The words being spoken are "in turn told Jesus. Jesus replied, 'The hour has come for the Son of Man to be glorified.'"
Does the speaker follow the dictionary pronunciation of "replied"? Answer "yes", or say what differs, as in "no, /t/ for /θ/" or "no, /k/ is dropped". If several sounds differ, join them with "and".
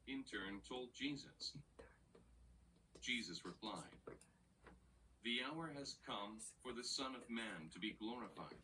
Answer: yes